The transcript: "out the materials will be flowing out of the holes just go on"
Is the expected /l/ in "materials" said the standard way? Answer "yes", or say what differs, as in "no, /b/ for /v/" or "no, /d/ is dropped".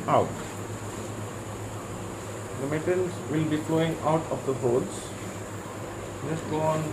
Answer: no, /n/ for /l/